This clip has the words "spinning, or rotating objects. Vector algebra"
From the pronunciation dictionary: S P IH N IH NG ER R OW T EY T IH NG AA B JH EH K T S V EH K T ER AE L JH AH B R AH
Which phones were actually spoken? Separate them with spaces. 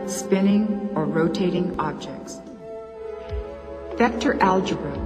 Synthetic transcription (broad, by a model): S P IH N IH NG ER R OW T EY T IH NG AA B JH EH K T S F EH K T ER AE L JH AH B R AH